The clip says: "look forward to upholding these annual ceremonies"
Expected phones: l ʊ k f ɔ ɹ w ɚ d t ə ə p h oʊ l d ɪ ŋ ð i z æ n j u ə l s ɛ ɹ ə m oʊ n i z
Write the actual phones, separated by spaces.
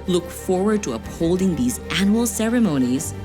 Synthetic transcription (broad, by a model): l ʊ k f ɔ ɹ w ɚ d t ə ə p h oʊ l d ɪ ŋ ð i z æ n j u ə l s ɛ ɹ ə m oʊ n i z